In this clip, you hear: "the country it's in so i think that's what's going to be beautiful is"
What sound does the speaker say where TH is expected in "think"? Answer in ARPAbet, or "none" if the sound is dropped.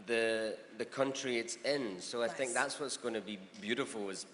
TH